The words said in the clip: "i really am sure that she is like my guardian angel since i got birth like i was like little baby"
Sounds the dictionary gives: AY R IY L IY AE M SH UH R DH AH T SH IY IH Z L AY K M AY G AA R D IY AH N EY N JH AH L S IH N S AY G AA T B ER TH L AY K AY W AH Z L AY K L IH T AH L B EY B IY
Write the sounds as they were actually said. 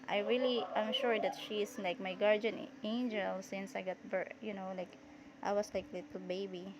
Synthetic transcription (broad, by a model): AY R IY L IY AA M SH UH R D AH T SH IY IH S L AY K M AY G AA R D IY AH N EY N JH AH L S IH N S AY G AA T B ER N L AY K AY W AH S L AY K L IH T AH L B EY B IY